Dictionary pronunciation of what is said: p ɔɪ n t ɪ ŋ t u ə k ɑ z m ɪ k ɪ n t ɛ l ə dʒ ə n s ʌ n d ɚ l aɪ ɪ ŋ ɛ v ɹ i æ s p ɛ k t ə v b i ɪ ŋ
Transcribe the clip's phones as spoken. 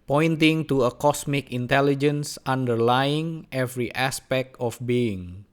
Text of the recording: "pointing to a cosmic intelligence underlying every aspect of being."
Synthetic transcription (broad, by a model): p ɔɪ n t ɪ ŋ t u ə k ɑ s m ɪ k ɪ n t ɛ l ə dʒ ə n s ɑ n d ɚ l aɪ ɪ ŋ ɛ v ɹ i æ s p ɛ k t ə f b i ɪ ŋ